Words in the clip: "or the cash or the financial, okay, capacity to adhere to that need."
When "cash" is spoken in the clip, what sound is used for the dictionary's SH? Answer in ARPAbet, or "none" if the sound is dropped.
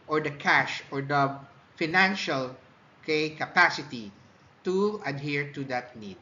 SH